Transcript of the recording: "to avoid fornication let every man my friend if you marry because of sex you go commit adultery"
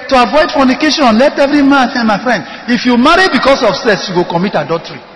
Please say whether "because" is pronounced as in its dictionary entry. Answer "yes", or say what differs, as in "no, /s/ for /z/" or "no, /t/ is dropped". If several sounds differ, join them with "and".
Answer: no, /s/ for /z/